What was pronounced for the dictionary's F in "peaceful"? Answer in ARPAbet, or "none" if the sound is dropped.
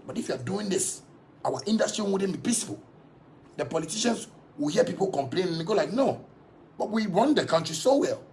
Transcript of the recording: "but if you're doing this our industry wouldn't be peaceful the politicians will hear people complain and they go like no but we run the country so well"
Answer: P